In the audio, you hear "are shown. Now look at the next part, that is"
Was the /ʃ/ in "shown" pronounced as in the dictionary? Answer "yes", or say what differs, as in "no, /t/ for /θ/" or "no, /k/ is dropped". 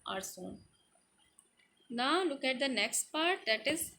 no, /s/ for /ʃ/